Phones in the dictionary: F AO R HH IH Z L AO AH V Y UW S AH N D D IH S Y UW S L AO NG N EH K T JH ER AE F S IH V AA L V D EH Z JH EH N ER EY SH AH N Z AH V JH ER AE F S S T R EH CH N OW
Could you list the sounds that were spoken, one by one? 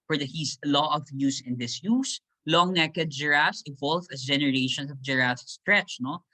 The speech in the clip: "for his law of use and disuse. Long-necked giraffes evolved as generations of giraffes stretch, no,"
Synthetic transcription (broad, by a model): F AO R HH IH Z L AO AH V Y UW S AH N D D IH S Y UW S L AO NG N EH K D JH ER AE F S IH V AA L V EH S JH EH N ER EY SH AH N S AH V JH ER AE S S T R EH CH N OW